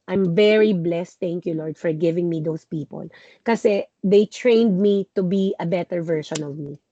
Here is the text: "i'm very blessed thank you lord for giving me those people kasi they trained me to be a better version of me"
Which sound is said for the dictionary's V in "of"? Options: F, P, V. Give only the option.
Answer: V